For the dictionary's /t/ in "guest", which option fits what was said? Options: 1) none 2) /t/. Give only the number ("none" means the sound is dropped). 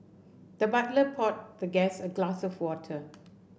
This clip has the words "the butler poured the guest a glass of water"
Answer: 1